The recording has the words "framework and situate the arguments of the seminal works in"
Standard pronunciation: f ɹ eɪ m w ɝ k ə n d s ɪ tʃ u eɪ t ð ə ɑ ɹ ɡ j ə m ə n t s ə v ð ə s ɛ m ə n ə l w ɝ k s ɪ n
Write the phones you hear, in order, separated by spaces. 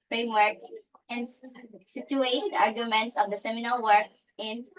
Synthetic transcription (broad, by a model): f ɹ eɪ m w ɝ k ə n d s ɪ tʃ u eɪ t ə ɑ ɹ ɡ j ə m ə n t s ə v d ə s ɛ m ə n ə l w ɝ k s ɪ n